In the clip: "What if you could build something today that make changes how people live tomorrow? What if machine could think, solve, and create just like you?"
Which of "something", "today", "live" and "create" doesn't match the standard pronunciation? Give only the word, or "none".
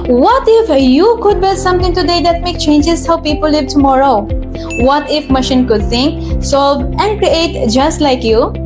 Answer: something